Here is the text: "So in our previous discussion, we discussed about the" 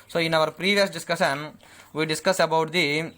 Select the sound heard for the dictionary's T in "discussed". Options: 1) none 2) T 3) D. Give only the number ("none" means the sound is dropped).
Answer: 1